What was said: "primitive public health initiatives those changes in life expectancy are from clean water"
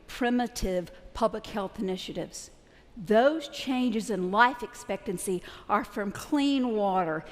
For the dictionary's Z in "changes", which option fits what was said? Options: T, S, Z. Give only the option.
Z